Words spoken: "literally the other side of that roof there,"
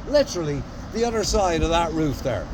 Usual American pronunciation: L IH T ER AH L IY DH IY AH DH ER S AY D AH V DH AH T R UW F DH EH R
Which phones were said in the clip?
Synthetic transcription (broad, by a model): L IH T ER L IY DH IY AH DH ER S AY D AH V DH AH T R UW F DH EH R